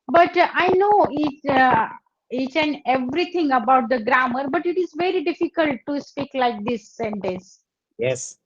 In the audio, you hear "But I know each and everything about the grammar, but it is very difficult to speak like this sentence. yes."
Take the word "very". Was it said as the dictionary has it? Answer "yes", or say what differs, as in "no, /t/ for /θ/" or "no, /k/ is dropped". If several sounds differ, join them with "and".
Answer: yes